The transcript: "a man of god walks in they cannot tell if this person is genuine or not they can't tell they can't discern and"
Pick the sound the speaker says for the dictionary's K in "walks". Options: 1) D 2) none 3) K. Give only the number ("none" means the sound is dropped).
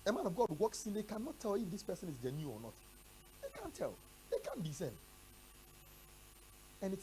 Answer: 3